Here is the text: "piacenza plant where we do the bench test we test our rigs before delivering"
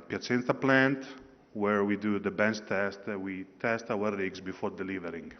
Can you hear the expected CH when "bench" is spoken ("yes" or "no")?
no